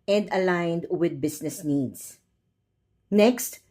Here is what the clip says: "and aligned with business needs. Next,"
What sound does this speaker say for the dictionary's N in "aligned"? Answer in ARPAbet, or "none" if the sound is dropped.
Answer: N